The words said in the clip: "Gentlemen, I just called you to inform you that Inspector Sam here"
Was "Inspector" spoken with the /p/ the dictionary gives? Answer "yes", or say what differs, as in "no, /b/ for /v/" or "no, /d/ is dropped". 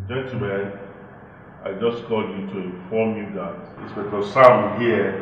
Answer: no, /b/ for /p/